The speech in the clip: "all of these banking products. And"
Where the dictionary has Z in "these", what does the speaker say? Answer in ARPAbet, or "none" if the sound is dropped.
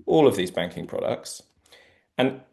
Z